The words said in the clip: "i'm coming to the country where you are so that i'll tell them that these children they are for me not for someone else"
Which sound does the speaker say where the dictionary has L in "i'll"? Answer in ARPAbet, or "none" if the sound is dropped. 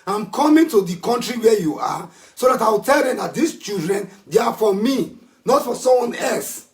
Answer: W